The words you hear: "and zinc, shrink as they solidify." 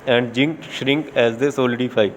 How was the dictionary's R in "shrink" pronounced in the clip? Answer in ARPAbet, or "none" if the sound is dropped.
R